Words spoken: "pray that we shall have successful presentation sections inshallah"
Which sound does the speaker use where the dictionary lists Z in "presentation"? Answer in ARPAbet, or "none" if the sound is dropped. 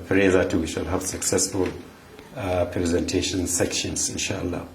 Z